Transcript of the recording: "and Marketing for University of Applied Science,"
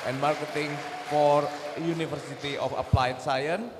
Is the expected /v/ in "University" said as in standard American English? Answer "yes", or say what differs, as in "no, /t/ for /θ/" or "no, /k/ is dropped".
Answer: no, /f/ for /v/